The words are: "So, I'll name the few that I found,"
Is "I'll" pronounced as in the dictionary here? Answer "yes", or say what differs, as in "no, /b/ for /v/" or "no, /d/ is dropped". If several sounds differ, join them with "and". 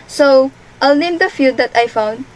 yes